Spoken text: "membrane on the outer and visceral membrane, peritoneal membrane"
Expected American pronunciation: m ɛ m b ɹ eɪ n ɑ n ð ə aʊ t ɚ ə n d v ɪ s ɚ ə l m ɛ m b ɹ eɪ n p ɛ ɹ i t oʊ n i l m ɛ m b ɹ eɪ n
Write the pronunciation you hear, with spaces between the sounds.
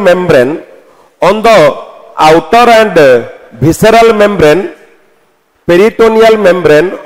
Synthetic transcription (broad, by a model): m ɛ m b ɹ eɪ n ɑ n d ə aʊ t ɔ ə n d b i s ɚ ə l m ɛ m b ɹ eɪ n p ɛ ɹ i t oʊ n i l m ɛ m b ɹ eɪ n